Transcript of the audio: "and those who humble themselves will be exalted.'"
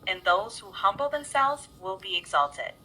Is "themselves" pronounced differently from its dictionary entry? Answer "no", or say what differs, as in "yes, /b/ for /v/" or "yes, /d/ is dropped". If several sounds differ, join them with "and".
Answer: no